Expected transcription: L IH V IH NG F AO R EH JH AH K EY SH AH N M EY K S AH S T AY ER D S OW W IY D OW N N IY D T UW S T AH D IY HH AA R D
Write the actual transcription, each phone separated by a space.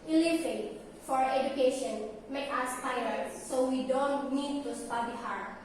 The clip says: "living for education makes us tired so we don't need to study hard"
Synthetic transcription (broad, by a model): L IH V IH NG F AO R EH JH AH K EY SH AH N M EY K AH S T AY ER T S OW W IY D OW N N IY D T UW S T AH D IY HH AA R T